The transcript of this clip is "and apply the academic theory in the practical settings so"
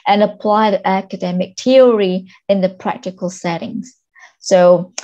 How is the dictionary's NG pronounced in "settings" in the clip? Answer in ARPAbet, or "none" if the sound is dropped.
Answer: NG